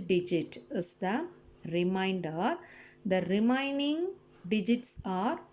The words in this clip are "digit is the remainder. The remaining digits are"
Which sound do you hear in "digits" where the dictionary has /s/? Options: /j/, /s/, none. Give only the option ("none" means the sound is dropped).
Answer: /s/